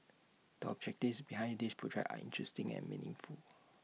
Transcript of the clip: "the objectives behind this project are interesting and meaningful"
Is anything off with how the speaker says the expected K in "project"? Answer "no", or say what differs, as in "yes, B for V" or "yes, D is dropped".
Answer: yes, K is dropped